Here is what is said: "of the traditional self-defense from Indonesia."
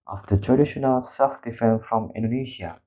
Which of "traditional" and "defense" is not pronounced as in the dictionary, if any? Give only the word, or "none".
defense